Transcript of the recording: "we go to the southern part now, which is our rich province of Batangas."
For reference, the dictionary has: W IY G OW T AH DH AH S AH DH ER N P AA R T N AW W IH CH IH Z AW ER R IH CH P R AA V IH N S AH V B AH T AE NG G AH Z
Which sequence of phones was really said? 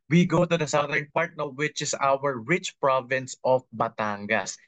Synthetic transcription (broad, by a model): W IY G OW T AH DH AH S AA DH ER N P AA R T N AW W IH CH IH S AW ER R IH CH P R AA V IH N S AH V B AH T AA NG G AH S